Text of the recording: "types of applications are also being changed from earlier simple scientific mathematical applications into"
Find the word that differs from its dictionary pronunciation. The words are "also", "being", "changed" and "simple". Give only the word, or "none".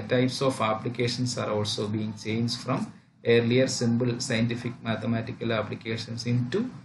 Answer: simple